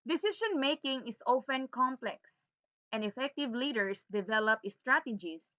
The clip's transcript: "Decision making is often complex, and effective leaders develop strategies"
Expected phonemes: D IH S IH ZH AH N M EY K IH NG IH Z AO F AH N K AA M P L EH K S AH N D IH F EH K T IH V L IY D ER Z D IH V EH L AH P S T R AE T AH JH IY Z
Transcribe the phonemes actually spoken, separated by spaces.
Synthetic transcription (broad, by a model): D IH S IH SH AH N M EY K IH NG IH S AO F AH N K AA M P L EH K S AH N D IH F EH K T IH V L IY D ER S D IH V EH L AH P S T R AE T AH JH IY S